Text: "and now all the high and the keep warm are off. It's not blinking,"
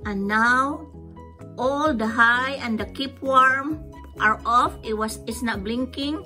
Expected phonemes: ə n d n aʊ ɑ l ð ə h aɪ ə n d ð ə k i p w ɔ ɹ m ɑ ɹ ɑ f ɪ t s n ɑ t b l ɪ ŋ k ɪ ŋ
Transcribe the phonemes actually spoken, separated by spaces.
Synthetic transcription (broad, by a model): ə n n aʊ ɑ l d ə h aɪ ə n d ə k i p w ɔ ɹ m ɑ ɹ ɑ f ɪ s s n ɑ t b l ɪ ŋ k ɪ ŋ